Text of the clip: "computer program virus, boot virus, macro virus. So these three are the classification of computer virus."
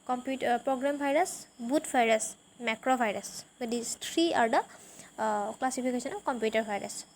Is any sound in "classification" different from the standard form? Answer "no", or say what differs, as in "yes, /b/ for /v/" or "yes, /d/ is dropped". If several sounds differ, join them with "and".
yes, /p/ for /f/ and /s/ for /ʃ/